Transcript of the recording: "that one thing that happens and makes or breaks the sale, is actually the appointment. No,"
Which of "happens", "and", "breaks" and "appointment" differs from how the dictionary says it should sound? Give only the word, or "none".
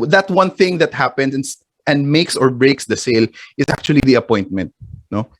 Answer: happens